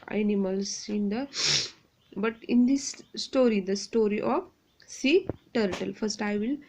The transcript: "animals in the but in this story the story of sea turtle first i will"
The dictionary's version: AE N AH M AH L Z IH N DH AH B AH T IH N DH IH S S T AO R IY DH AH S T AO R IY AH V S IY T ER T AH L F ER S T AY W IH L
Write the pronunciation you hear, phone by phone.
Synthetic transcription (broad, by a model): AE N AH M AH L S IH N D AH B AH T IH N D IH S S T AO R IY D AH S T AO R IY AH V S IY T ER T AH L F ER S T AY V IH L